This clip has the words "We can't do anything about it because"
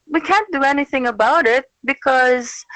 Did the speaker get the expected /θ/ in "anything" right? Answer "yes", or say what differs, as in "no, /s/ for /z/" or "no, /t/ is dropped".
yes